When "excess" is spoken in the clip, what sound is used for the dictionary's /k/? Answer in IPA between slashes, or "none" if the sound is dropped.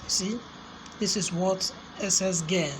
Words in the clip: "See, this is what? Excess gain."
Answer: none